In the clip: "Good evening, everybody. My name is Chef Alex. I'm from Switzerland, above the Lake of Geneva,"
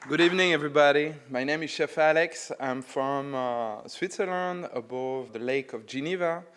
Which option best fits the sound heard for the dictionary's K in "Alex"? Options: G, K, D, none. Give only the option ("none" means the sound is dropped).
K